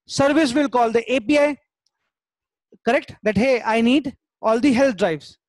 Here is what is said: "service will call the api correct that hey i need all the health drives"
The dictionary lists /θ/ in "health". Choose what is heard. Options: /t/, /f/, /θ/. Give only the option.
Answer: /t/